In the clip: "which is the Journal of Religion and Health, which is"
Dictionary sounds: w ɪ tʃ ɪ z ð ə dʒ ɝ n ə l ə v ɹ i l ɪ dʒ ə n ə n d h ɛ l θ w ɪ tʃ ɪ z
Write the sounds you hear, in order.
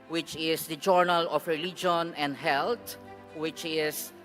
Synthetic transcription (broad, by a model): w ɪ tʃ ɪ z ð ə dʒ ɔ n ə l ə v ɹ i l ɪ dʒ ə n ə n d h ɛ l t w ɪ tʃ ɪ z